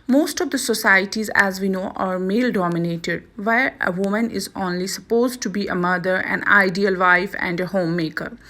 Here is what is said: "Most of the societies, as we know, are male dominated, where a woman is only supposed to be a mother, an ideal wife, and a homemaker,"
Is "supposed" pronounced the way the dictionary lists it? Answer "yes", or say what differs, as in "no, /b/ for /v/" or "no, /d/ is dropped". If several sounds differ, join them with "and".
yes